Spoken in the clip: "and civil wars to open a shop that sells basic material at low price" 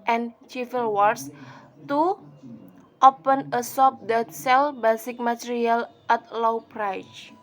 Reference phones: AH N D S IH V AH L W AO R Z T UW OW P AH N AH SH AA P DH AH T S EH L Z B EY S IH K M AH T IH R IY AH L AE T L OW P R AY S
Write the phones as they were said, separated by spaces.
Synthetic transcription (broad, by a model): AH N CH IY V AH L W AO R S T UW OW P AH N AH S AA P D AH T S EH L B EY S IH K M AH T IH R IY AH L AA T L OW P R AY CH